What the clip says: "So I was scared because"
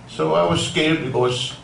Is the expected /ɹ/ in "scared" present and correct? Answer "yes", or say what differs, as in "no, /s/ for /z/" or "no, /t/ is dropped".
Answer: no, /l/ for /ɹ/